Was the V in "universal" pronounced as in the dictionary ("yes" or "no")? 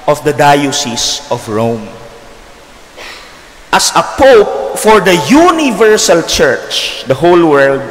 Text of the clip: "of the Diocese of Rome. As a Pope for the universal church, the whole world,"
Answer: yes